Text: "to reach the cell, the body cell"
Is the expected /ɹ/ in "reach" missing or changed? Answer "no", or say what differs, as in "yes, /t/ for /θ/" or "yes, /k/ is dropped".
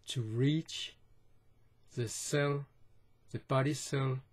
no